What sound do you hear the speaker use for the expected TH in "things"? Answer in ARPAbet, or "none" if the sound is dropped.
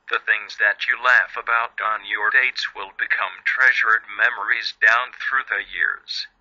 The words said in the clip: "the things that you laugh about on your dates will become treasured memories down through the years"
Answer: TH